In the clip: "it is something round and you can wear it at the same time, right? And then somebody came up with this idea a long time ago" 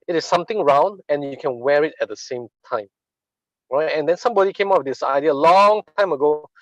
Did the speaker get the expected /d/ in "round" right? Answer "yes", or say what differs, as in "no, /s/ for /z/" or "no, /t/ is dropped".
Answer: yes